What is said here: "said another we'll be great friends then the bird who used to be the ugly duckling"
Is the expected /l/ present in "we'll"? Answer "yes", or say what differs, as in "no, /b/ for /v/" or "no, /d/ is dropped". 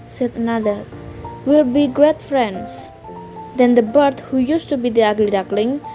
yes